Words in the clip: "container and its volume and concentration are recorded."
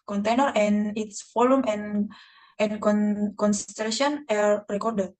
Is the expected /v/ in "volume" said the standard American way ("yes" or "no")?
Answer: no